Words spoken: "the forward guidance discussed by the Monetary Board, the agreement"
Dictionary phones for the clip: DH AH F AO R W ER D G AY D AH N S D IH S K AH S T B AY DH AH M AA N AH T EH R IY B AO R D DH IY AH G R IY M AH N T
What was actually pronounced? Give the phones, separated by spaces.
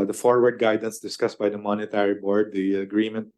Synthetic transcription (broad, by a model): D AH F AO R W ER D G AY D AH N S D IH S K AH S T B AY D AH M AA N AH T EH R IY B AO R D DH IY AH G R IY M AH N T